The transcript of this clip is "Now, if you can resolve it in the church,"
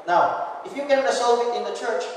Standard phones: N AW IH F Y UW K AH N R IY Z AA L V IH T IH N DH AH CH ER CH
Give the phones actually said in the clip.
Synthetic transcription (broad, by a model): N AW IH F Y UW K AH N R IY S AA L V IH T IH N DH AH CH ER CH